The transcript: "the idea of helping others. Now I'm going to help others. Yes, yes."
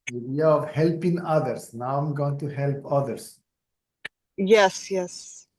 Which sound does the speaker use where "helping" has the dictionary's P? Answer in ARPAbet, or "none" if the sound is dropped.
P